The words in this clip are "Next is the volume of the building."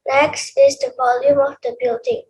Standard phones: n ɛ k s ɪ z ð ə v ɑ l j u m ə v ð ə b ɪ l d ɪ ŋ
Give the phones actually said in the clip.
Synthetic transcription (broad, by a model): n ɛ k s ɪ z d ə v ɑ l j u m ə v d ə b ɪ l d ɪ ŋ